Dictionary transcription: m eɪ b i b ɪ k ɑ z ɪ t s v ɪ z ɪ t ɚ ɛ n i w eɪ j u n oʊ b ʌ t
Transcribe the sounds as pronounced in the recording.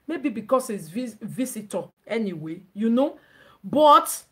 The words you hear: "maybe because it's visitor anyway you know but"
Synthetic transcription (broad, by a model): m eɪ b i b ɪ k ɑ s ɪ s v v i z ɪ t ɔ ɛ n i w eɪ j u n oʊ b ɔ t